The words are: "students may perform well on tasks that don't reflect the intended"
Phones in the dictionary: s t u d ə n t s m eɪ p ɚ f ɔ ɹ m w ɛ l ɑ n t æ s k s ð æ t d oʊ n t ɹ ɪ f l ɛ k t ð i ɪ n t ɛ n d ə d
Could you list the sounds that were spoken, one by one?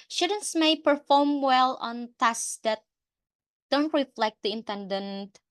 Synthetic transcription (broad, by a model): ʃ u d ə n s m eɪ p ɚ f ɔ ɹ m w ɛ l ɑ n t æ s s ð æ t d oʊ n t ɹ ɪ f l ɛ k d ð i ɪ n t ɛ n d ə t